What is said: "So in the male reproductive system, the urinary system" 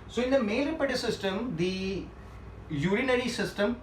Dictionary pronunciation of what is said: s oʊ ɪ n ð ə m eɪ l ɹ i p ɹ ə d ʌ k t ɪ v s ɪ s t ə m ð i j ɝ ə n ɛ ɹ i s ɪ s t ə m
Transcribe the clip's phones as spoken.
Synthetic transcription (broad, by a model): s oʊ ɪ n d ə m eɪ ɹ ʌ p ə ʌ t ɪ s ɪ s t ə m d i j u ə n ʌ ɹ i s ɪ s t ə m